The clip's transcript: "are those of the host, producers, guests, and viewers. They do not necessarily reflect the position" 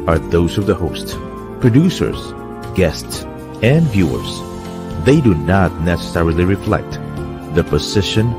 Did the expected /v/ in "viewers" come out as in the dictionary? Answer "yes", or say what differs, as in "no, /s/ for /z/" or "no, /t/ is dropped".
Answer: yes